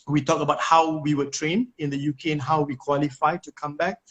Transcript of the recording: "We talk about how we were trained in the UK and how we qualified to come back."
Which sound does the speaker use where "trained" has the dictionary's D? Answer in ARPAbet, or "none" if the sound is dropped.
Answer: none